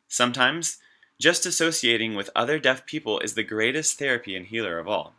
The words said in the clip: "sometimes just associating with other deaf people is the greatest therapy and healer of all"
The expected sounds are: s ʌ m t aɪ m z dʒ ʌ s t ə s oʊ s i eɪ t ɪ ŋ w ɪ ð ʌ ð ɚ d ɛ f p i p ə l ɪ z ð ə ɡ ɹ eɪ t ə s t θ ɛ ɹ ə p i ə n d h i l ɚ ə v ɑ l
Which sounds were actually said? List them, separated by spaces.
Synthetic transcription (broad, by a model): s ʌ m t aɪ m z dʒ ʌ s t ə s oʊ s i eɪ t ɪ ŋ w ɪ ð ʌ ð ɚ d ɛ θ p i p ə l ɪ z ð ə ɡ ɹ eɪ t ə s t θ ɛ ɹ ə p i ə n h i l ɚ ə v ɑ l